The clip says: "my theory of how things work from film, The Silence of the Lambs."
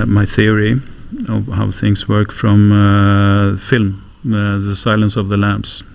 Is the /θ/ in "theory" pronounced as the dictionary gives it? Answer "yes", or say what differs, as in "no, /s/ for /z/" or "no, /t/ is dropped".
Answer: yes